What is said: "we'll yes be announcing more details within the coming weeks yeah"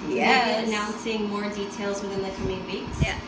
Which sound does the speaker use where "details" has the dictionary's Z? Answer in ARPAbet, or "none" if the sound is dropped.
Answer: Z